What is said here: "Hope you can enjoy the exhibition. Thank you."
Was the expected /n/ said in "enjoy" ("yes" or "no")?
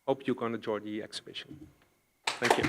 no